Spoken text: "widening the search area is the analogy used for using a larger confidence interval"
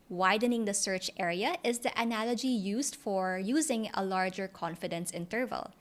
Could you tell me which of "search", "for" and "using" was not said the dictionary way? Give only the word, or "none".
none